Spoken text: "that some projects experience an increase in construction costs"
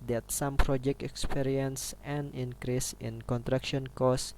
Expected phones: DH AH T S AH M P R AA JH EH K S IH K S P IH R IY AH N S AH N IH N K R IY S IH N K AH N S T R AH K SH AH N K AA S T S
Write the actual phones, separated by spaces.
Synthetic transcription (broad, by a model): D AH T S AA M P R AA JH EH K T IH K S P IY R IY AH N S AH N IH N K R IY S IH N K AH N T R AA K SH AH N K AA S S